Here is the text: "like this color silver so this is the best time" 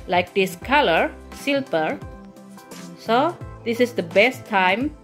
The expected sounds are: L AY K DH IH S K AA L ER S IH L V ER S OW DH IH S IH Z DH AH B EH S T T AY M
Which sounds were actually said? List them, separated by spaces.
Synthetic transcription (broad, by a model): L AY K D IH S K AA L ER S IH L P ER S OW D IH S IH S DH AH B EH S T T AY M